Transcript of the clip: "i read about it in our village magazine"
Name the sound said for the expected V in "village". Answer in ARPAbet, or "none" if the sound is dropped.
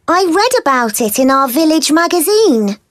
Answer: V